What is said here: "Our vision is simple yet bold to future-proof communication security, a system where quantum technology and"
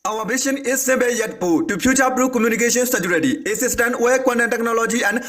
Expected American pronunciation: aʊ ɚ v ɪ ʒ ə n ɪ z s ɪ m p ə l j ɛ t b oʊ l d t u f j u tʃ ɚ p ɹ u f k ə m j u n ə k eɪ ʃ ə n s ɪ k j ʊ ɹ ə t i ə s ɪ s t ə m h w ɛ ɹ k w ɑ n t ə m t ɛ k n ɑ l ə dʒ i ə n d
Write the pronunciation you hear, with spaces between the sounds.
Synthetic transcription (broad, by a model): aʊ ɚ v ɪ ʃ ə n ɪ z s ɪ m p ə j ɛ t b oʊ t u p j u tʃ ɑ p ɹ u k ə m j u n ə k eɪ ʃ ə n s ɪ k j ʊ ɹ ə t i ə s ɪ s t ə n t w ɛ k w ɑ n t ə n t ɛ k n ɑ l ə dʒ i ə n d